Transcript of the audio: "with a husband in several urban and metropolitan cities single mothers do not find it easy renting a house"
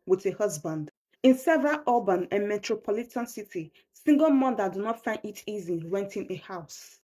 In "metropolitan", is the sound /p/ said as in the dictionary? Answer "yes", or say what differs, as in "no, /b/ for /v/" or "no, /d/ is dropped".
yes